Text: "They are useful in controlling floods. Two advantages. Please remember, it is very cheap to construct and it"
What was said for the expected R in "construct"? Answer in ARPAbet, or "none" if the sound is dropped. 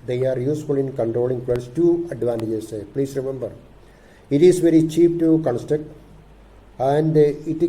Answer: none